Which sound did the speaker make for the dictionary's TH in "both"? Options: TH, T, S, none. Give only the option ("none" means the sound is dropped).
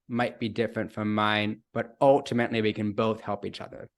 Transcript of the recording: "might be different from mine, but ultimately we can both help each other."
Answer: TH